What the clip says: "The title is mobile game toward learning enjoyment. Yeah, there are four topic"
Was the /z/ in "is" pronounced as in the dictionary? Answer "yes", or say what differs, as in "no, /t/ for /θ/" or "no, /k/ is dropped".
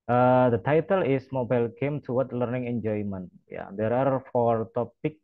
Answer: no, /s/ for /z/